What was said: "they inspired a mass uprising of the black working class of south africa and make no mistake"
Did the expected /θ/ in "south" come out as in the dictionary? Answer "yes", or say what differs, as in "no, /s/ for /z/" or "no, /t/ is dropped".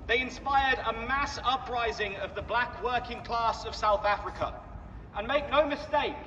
yes